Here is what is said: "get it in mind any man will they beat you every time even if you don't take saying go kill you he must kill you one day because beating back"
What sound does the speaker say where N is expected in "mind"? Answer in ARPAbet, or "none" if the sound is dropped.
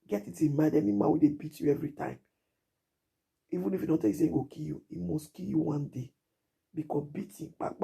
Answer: none